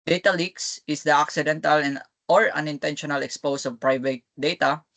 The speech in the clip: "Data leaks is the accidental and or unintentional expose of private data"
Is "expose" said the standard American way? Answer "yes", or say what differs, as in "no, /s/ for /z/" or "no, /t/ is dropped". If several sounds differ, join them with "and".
no, /s/ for /z/